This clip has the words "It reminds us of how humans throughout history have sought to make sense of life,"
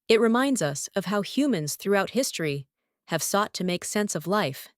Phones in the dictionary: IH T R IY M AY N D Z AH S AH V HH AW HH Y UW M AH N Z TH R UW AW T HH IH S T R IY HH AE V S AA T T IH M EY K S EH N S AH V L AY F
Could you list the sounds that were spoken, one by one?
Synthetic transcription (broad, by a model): IH T R IY M AY N D Z AH S AH V HH AW HH Y UW M AH N Z TH R UW AW T HH IH S T R IY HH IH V S AA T T IH M EY K S EH N S AH V L AY F